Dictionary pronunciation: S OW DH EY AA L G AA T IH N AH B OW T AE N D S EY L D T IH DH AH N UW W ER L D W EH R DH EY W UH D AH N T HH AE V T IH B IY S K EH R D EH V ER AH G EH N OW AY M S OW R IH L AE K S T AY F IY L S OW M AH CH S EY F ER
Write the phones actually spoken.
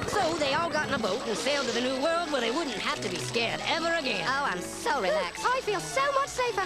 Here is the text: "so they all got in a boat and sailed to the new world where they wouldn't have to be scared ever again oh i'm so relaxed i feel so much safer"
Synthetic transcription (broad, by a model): S OW DH EY AA L G AA T N AH B OW T N S EY L D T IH DH AH N UW W ER L D W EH R DH EY W UH D N T HH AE F T IH B IY S K EH R D EH V ER AH G EH N OW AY M S OW R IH L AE K S AY F IY L S OW M AH CH S EY F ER